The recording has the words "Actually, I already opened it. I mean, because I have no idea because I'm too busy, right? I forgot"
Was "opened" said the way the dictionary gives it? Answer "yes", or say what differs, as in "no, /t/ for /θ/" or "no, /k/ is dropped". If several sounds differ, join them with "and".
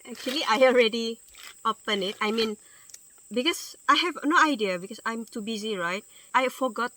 no, /d/ is dropped